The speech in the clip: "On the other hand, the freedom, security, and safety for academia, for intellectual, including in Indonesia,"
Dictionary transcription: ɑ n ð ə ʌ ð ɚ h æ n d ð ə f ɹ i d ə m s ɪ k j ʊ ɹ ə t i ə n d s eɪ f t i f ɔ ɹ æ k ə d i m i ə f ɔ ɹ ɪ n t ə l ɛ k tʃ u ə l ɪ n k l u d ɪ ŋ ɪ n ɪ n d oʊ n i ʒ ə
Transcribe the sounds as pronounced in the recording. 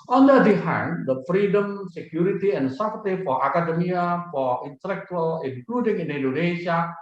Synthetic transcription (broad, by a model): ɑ n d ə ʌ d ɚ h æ n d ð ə f ɹ i d ə m s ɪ k j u ɹ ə t i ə n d s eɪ p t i f ɔ ɹ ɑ k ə d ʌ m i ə f ɔ ɹ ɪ n t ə l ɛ k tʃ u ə l ɪ n k l u d ɪ ŋ ɪ n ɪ n d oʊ n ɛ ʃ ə